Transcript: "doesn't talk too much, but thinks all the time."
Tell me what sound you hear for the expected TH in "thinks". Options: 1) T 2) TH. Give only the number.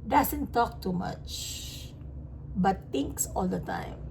1